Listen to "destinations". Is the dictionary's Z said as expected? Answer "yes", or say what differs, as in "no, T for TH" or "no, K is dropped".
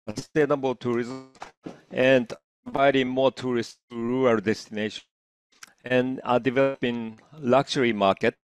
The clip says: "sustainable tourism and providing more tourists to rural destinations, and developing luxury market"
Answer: no, Z is dropped